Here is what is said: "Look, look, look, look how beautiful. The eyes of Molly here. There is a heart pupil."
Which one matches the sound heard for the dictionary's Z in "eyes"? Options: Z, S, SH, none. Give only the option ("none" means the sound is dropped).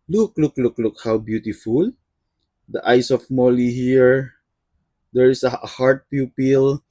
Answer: S